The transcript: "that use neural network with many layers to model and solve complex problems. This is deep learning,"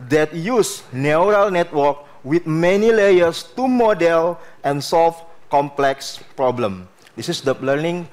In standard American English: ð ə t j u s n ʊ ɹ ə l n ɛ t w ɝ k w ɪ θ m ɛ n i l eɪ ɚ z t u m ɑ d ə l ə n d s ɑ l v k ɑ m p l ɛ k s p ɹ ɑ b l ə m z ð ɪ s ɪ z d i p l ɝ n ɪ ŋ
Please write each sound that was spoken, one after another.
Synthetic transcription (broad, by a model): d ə t j u s n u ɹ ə l n ɛ t w ɝ k w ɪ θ m ɛ n i l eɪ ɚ s t u m ɑ d ə l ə n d s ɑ l f k ɑ m p l ɛ k s p ɹ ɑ b l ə m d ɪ s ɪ s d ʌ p l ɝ n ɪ ŋ